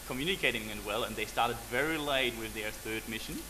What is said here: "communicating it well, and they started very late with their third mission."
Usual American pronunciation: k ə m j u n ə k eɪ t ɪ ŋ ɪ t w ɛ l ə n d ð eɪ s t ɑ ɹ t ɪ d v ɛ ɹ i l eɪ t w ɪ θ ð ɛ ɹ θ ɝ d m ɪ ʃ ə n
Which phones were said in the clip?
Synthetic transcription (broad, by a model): k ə m j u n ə k eɪ t ɪ ŋ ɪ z w ɛ l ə n ð eɪ s t ɑ ɹ t ɪ d v ɛ ɹ i l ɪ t w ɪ ð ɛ ɹ θ ɝ d m ɪ ʃ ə n